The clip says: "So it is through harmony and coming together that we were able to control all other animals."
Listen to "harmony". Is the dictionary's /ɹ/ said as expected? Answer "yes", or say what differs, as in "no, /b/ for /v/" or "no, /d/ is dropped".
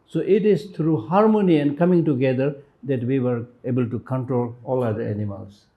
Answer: yes